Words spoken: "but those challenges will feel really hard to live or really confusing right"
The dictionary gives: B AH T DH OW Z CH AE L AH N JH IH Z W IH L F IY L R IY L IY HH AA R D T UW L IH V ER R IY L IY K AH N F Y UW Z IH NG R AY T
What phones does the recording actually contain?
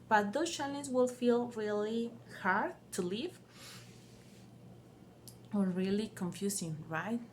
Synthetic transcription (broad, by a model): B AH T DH OW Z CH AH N IH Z W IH L F IY L R IY L IY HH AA R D T UW L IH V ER R IY L IY K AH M F Y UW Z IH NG R AY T